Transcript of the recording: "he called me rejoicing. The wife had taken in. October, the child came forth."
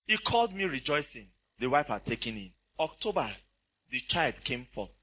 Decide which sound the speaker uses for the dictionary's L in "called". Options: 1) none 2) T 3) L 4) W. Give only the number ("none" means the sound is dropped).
3